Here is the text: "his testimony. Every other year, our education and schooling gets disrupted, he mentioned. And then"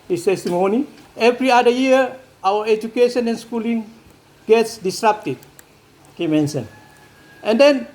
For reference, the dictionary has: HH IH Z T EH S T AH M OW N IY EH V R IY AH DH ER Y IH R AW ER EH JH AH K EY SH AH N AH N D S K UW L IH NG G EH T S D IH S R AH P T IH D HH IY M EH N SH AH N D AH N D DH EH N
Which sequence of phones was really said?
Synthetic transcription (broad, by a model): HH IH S T EH S T AH M OW N IY EH V R IY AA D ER Y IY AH AW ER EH JH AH K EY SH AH N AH N S K UW L IH NG G EH T S D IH S R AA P T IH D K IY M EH N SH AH N AH N D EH N